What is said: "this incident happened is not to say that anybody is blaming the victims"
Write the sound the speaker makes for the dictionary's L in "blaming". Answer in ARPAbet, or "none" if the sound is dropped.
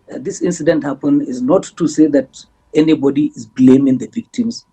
L